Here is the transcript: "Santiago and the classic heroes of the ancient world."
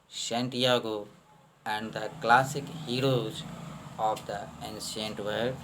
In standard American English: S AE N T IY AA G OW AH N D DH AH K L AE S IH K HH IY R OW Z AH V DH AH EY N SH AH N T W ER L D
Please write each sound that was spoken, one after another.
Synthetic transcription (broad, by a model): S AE N T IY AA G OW AH N D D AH K L AE S IH K HH IY R OW Z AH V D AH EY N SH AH N T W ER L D